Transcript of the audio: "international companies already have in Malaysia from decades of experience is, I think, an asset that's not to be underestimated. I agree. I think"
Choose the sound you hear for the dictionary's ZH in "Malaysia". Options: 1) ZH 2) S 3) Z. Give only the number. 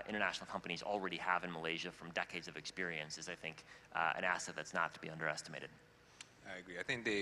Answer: 1